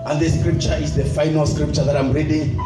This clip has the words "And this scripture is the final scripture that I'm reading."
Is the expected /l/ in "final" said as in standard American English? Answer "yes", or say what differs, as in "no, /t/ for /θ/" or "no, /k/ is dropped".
yes